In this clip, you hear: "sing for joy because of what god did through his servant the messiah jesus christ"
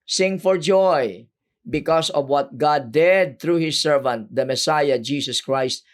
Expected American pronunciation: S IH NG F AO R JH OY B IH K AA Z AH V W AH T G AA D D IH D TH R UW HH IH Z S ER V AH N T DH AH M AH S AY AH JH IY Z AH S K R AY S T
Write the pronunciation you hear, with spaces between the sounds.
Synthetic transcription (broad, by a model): S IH NG F AO R JH OY B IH K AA S AH V W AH T G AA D D IH D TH R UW HH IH S ER V AH N T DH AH M AH S AY AH JH IY S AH S K R AY S T